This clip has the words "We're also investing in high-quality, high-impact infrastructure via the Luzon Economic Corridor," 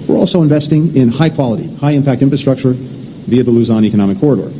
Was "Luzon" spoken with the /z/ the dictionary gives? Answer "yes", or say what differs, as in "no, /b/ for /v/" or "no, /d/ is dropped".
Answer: yes